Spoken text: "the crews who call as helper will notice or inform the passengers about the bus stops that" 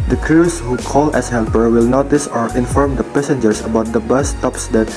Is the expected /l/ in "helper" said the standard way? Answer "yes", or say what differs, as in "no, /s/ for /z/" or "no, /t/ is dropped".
yes